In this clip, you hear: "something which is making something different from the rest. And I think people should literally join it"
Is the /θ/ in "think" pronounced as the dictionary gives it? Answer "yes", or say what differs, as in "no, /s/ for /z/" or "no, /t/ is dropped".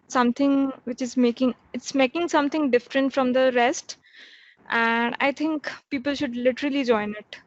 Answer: no, /t/ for /θ/